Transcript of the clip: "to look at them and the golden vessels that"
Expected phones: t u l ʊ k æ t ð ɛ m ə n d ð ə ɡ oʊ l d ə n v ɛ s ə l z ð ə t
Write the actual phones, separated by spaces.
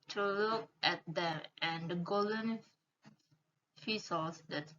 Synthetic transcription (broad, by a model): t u l ʊ k æ t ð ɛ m ə n d ɡ oʊ l d ə n f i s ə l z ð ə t